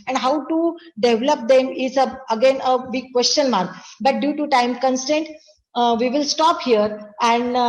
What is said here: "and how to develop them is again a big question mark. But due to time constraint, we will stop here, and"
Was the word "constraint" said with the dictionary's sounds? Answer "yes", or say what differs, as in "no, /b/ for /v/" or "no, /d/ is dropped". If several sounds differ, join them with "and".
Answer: no, /ɹ/ is dropped